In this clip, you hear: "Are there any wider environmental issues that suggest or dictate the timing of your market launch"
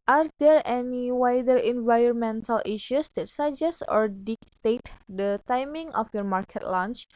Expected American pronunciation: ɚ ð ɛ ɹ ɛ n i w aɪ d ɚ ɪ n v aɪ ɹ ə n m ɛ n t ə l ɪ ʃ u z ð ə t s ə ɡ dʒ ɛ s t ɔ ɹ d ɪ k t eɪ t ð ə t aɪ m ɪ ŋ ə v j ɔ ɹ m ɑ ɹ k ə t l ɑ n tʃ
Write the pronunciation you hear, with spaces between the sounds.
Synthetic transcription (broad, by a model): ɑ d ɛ ɹ ɛ n i w aɪ d ɚ ɪ n v aɪ ɹ ə n m ɛ n t ə l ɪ ʃ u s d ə t s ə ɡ dʒ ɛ s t ɔ ɹ d ɪ k t eɪ t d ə t aɪ m ɪ ŋ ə f j ɔ ɹ m ɑ ɹ k ə t l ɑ n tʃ